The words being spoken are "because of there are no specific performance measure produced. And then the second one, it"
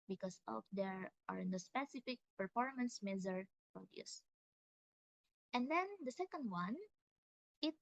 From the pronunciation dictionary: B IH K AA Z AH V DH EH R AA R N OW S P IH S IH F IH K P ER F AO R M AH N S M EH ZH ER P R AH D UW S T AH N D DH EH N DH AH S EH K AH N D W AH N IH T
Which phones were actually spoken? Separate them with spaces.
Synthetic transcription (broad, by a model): B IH K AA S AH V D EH R AA R N OW S P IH S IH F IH K P ER F AO R M AH N S M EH Z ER P R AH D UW S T AH N D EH N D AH S EH K AH N D W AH N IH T